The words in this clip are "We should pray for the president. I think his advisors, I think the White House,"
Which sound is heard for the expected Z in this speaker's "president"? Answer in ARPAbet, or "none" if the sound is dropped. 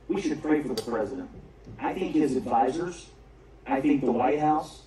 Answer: Z